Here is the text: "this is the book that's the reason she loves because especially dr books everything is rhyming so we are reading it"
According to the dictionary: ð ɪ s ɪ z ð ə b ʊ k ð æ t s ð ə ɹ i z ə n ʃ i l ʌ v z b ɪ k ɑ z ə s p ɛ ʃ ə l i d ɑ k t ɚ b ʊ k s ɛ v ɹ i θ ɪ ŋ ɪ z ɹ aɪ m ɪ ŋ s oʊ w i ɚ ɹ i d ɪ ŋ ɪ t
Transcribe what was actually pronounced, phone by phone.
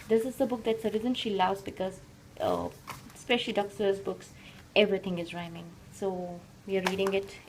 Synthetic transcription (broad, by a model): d ɪ s ɪ z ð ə b ʊ k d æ t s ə ɹ i z ə n ʃ i l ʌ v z b ɪ k ɑ z ə s p ɛ ʃ ə l i d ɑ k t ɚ b ʊ k s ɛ v ɹ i t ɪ ŋ ɪ z ɹ aɪ m ɪ ŋ s oʊ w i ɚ ɹ i d ɪ ŋ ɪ t